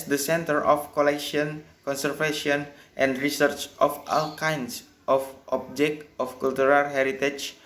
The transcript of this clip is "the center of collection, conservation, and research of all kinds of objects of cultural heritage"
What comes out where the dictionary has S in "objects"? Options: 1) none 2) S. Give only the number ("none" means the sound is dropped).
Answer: 1